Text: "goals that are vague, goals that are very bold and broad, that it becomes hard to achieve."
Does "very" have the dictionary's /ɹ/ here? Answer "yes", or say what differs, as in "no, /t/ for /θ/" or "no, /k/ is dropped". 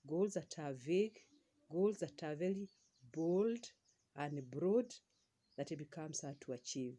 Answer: no, /l/ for /ɹ/